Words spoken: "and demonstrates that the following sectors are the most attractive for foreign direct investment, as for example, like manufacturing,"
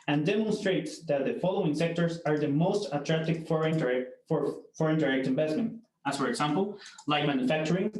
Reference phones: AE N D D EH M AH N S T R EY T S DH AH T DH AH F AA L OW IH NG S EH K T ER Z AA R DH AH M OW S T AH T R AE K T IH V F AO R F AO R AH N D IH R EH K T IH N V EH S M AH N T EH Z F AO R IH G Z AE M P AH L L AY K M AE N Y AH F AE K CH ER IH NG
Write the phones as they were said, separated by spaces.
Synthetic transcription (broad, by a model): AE N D D EH M AH N S T R EY T S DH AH T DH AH F AA L OW IH NG S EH K T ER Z AA R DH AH M OW S T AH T R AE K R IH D F AO R F AO R AH N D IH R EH K T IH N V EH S M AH N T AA S F AO R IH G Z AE M P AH L L AY K M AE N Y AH F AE K CH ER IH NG